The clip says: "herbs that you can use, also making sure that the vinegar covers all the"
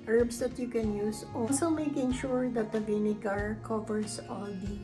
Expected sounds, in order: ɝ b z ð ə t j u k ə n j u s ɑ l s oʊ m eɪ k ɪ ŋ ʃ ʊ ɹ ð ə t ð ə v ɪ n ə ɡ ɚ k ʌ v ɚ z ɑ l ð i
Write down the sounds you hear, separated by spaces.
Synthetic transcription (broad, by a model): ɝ b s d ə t j u k ə n j u s ɑ l s oʊ m eɪ k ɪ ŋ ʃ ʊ ɹ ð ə t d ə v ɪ n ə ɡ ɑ k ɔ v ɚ s ɑ l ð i